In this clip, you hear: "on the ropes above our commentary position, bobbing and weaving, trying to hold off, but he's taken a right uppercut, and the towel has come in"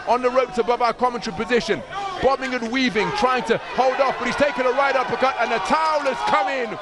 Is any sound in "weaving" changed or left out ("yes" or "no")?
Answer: no